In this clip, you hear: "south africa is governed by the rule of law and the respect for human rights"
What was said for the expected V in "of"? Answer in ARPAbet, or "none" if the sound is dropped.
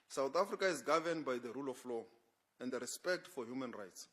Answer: F